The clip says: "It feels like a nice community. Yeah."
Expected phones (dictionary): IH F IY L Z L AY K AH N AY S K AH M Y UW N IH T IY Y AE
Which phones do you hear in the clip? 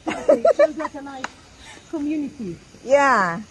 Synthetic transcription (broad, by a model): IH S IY Z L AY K AH N AY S K AH M Y UW N IH T IY Y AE